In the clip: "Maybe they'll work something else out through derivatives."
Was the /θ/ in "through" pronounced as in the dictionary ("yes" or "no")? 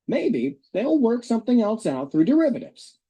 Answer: yes